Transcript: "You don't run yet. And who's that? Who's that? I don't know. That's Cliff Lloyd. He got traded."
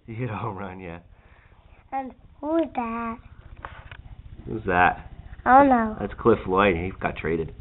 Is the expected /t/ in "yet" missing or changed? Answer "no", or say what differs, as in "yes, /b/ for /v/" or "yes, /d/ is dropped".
yes, /t/ is dropped